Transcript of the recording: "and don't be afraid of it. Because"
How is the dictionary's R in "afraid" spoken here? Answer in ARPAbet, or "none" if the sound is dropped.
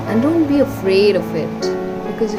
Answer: R